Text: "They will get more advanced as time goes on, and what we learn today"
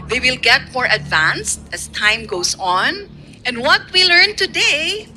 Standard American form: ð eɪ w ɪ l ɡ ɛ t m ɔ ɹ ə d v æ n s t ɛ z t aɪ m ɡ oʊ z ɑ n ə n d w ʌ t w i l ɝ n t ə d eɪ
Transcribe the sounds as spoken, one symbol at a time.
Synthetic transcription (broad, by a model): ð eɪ w ɪ l ɡ ɛ t m ɔ ɹ ə d v æ n s t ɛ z t aɪ m ɡ oʊ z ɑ n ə n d w ʌ t w i l ɝ n t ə d eɪ